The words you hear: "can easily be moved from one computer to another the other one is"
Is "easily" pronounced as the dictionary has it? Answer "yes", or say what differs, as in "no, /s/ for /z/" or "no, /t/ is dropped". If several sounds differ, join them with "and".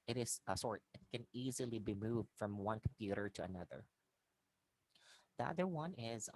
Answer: yes